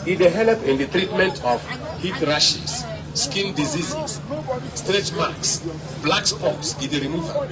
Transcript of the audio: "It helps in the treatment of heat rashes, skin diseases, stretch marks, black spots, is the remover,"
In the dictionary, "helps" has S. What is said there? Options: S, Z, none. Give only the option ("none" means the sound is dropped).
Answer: none